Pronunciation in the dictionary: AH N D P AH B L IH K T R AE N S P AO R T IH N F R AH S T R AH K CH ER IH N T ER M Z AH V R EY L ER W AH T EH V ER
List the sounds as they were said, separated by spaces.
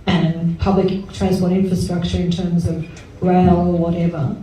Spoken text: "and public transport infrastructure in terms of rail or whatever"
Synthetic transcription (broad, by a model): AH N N P AH B L IH K T R AE N S P AO R T IH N F R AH S T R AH K CH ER IH N T ER M Z AH V R EY L ER W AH T EH V ER